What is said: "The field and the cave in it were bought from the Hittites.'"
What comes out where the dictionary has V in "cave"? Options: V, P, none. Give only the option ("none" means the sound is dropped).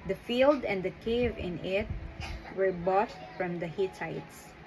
V